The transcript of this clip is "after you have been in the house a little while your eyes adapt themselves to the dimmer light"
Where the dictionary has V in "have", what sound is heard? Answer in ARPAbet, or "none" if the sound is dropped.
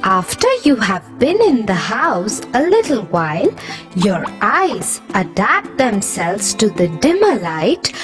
V